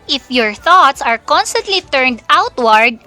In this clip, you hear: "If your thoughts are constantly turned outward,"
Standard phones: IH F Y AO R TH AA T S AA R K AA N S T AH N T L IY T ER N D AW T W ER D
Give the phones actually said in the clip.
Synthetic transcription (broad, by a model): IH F Y AO R TH AA T S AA R K AA N S T AH N T L IY T ER N D AW T W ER D